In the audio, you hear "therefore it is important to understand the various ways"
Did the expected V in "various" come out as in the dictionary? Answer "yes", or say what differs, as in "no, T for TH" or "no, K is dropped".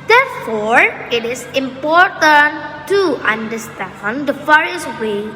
no, F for V